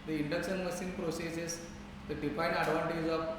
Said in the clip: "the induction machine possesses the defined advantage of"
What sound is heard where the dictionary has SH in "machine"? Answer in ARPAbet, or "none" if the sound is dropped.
S